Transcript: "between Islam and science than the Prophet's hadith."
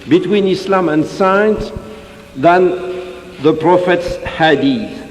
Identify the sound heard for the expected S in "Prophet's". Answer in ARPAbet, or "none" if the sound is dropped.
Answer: S